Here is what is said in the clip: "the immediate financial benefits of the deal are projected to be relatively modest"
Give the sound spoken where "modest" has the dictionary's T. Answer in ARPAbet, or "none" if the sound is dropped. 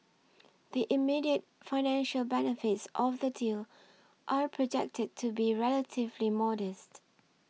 T